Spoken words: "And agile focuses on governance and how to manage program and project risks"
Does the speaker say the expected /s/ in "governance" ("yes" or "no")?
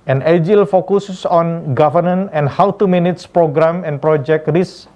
no